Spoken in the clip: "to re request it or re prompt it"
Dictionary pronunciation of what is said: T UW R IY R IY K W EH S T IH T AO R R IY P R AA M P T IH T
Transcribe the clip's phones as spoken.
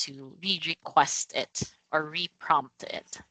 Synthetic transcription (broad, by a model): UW R IY R IY K W EH S T IH T AO R R IY P R AA M P T IH T